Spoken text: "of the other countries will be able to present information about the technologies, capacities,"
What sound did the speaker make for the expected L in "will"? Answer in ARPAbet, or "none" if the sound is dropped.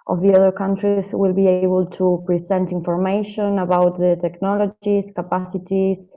L